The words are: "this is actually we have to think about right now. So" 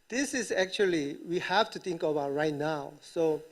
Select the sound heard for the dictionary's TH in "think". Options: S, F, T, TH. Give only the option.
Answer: T